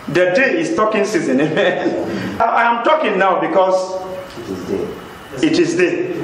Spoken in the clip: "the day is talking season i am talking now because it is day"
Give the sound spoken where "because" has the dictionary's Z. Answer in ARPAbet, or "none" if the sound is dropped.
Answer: S